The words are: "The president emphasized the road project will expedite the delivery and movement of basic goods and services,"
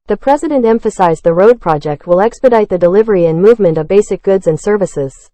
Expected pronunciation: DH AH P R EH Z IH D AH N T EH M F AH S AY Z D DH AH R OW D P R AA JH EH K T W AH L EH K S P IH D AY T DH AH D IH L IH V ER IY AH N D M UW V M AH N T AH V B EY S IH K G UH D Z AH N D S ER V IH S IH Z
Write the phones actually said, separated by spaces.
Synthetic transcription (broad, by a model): DH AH P R EH Z IH D AH N T EH M F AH S AY Z DH AH R OW D P R AA JH EH K T W AH L EH K S P IH D AY T DH AH D IH L IH V ER IY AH N M UW V M AH N T AH V B EY S IH K G UH D Z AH N S ER V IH S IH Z